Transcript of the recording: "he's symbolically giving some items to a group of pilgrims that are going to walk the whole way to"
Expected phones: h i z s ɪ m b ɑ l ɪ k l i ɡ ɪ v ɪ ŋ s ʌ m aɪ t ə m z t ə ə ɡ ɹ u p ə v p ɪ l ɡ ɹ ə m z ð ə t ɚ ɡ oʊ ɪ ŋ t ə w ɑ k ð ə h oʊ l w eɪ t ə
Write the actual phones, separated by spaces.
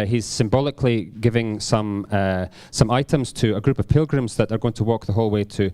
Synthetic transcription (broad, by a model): h i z s ɪ m b ɑ l ɪ k l i ɡ ɪ v ɪ ŋ s ʌ m aɪ t ə m z t ə ə ɡ ɹ u p ə v p ɪ l ɡ ɹ ə m z ð ə t ɚ ɡ oʊ ɪ ŋ t ə w ɑ k ð ə h oʊ l w eɪ t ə